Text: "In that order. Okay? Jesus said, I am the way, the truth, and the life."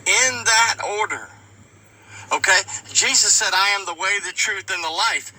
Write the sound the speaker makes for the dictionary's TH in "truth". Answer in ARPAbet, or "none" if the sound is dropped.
TH